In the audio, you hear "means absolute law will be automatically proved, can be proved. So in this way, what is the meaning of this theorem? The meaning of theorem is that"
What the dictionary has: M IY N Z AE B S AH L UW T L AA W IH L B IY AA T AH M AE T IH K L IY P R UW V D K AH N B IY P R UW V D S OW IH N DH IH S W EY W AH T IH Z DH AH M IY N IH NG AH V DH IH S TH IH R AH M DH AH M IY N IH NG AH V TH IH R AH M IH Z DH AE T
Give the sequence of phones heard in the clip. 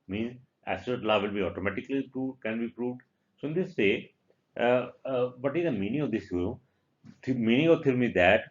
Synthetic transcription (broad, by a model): M IY N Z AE S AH AH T L AA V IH L B IY AA T AH M AE T IH K L IY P R UW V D K AH N B IY P R UW V D S OW IH N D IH S EY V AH T IH Z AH M IY N IH NG AH V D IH S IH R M M IY N IH NG AH V T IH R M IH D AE T